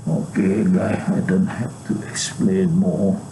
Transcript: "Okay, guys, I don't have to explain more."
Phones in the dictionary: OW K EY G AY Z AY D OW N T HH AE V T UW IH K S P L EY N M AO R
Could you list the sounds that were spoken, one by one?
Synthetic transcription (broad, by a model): OW K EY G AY AY D OW N T HH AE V T UW IH K S P L EY N M AO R